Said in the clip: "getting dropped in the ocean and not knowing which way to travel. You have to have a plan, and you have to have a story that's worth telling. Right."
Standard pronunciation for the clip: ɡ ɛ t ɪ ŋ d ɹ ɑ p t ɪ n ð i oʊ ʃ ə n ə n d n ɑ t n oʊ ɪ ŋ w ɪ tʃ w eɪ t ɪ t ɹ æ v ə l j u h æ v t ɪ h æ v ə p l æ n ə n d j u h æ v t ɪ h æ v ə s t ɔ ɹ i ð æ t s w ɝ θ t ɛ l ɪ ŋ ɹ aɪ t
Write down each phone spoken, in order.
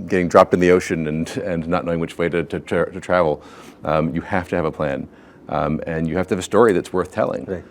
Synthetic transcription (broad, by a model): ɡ ɛ t ɪ ŋ d ɹ ɑ p t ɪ n ð i oʊ ʃ ə n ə n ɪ n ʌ t n oʊ ɪ ŋ w ɪ tʃ w eɪ t ɪ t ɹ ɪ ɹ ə l j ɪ h æ f t ɪ v ə p l æ n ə n j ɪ h æ f t ɪ v ə s t ɔ ɹ i ð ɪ t s w ɝ θ t ɛ l ɪ ŋ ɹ